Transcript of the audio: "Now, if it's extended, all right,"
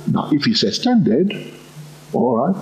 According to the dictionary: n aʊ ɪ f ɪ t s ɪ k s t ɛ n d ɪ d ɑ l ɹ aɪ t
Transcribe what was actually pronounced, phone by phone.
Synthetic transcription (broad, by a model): n aʊ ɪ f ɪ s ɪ s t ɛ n d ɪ d ɑ l ɹ aɪ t